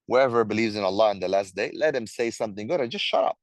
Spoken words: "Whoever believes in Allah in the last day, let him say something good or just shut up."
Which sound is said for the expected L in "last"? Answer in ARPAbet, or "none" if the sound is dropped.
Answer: L